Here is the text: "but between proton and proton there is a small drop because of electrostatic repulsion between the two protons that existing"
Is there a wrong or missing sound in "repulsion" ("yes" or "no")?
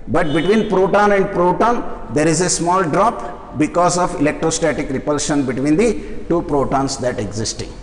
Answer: no